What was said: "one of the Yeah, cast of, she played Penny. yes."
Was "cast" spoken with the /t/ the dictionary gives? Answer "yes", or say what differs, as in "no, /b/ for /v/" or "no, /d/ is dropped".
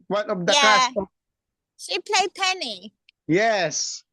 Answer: no, /t/ is dropped